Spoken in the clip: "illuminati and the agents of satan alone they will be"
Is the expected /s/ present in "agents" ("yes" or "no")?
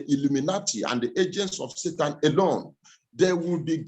yes